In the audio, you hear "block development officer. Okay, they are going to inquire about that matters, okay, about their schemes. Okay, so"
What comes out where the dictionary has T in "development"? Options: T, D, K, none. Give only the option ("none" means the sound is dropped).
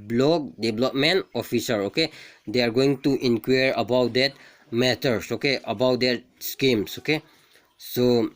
none